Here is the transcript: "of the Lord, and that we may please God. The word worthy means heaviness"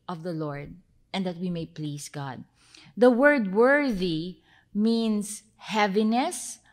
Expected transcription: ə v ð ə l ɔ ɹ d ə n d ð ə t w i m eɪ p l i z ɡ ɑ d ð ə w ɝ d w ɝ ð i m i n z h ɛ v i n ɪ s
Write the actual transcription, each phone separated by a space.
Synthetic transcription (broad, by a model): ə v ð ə l ɔ ɹ d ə n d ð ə t w i m eɪ p l i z ɡ ɑ d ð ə w ɝ d w ɝ ð i m i n s h ɛ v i n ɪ s